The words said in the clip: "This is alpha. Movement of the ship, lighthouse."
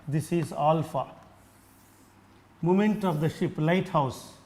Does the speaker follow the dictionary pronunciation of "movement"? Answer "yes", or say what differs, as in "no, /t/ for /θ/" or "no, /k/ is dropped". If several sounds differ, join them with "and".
no, /v/ is dropped